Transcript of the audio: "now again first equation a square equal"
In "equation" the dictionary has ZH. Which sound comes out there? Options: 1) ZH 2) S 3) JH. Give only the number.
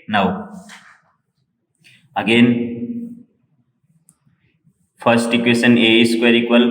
2